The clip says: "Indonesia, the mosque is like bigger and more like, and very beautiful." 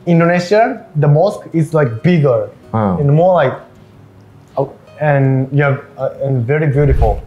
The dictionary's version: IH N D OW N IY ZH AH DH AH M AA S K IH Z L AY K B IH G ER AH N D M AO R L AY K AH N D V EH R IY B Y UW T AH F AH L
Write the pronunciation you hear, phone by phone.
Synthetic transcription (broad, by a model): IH N D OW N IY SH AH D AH M AA S K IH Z L AY K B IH G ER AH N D M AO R L AY K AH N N V EH R IY B Y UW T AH F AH L